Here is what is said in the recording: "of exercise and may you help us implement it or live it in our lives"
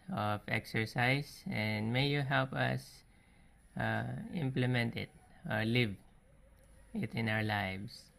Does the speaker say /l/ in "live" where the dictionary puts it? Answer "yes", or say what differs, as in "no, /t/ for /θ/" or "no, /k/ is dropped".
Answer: yes